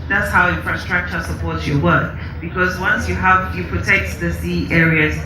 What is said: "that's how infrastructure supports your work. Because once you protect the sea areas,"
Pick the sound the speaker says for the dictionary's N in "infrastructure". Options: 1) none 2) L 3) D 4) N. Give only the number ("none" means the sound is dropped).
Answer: 1